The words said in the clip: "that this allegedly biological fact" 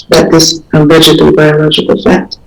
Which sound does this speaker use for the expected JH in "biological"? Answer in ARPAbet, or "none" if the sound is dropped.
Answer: JH